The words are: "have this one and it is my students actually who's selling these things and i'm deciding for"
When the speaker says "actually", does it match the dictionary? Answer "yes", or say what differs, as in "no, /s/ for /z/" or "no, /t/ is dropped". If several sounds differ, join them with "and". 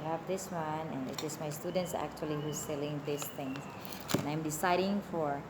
yes